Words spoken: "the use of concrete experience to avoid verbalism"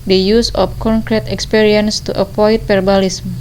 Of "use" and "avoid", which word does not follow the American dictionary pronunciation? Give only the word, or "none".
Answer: avoid